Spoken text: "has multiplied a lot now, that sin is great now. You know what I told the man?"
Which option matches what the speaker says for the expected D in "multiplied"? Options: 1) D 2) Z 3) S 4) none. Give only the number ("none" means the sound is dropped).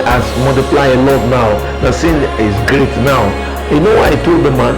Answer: 4